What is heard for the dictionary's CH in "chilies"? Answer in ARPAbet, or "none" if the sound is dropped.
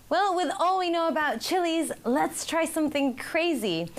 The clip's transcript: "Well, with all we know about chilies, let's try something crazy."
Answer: CH